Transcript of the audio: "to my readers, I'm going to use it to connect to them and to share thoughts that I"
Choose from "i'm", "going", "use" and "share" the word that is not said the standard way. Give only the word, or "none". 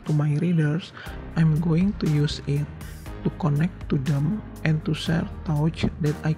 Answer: share